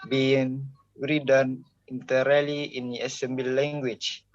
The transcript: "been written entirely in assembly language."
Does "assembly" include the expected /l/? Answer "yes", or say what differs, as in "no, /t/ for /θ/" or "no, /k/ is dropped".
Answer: no, /l/ is dropped